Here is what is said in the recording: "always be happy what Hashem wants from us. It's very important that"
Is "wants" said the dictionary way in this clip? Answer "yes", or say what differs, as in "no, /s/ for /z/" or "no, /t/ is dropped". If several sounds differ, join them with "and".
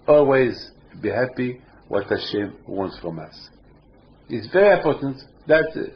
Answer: yes